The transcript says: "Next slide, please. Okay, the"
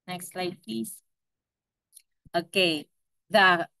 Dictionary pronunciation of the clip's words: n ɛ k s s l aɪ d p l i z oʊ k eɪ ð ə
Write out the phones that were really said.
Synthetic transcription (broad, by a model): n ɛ k s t l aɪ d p i s oʊ k eɪ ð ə